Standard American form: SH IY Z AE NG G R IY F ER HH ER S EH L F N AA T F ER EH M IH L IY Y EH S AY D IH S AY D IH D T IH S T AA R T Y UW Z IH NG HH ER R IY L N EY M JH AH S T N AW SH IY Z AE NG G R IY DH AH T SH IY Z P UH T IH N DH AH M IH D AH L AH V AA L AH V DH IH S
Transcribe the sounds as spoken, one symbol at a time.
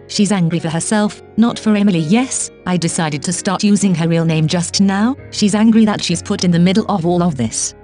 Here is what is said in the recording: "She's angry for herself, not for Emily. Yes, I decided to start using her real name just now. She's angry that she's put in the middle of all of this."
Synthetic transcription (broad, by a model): SH IY Z AE NG G R IY F ER HH ER S EH L F N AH T F ER EH M IH L IY Y EH S AY D IH S AY D IH D T IH S T AA R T Y UW Z IH NG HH ER R IY L N EY M JH AH S T N AW SH IY Z AE NG G R IY DH AH T SH IY Z P UH T IH N DH AH M IH D L AH V AA L AH V DH IH S